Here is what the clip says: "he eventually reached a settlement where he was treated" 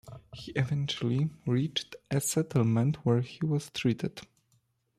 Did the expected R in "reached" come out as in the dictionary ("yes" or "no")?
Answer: yes